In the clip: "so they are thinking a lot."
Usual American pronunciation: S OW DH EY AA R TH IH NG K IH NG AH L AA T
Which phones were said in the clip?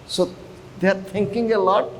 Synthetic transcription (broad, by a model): S OW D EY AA R T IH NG K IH NG AH L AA T